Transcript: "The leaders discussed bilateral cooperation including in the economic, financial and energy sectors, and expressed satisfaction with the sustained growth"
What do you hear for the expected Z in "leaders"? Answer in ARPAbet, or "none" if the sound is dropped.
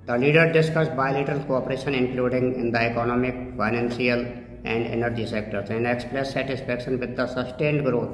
none